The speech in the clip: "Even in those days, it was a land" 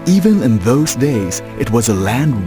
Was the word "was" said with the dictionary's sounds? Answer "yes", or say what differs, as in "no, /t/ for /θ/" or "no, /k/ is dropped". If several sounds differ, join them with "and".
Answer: yes